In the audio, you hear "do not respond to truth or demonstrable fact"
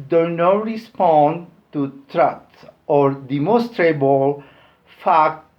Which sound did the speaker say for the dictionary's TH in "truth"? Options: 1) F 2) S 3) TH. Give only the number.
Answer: 2